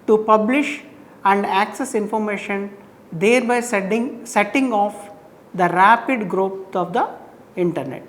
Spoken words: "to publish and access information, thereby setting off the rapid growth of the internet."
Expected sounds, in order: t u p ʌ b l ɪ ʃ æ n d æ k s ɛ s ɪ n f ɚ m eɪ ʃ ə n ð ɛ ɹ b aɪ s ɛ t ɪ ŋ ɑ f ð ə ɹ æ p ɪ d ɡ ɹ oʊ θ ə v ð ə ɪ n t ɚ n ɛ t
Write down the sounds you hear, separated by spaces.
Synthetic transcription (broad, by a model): t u p ʌ b l ɪ ʃ æ n d æ k s ɛ s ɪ n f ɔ m eɪ ʃ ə n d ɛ ɹ b aɪ s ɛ t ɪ ŋ ɑ f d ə ɹ æ p ɪ d ɡ ɹ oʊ s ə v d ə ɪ n t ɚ n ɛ t